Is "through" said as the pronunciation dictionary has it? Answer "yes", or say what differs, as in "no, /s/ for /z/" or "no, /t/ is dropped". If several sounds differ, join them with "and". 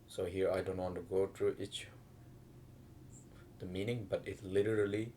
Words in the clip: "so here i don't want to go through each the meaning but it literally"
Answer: no, /t/ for /θ/